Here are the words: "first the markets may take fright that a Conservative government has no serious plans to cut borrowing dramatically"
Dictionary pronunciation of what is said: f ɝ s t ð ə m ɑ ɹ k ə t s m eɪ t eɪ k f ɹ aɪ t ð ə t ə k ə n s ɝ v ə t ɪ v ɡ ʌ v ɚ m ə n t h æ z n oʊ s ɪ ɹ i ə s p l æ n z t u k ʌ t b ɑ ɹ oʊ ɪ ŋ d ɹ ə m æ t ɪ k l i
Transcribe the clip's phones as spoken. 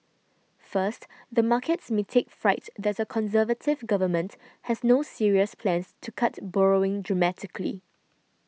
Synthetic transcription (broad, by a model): f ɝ s t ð ə m ɑ k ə t s m eɪ t eɪ k f ɹ aɪ t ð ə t ə k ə n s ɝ v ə t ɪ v ɡ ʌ v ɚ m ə n t h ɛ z n oʊ s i ɹ i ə s p l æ n s t u k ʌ t b ɑ ɹ oʊ ɪ ŋ d ɹ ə m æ t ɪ k l i